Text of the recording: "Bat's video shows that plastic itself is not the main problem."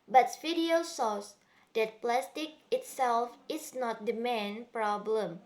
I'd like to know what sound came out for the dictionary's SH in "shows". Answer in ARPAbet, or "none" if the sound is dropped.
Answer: S